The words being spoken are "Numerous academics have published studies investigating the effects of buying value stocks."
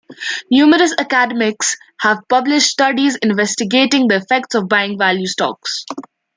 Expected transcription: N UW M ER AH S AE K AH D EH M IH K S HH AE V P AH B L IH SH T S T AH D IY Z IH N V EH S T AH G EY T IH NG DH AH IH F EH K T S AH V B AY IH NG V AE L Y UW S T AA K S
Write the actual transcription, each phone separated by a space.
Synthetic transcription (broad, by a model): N UW M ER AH S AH K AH D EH M IH K S HH AE V P AH B L IH SH T S T AH D IY Z IH N V EH S T AH G EY T IH NG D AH IH F EH K T S AH V B AY IH NG V AE L Y UW S T AA K S